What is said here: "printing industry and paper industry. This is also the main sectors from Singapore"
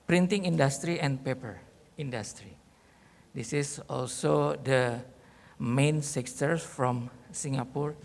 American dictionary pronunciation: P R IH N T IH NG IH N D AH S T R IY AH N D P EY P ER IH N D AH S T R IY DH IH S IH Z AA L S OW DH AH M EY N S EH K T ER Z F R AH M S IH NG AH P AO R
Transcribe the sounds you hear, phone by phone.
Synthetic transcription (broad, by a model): P R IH N T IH NG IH N D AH S T R IY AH N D P EY P ER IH N D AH S T R IY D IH S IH S AA L S OW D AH M EY N S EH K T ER F R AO M S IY NG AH P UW R